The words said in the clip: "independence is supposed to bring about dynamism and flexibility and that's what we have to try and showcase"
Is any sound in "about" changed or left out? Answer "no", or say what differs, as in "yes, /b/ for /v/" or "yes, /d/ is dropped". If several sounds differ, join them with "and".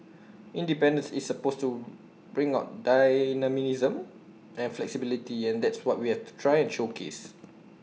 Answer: yes, /b/ is dropped